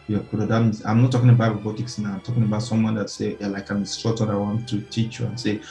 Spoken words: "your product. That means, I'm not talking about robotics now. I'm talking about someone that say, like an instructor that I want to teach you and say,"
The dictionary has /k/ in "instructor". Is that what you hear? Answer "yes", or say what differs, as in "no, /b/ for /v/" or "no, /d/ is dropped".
no, /k/ is dropped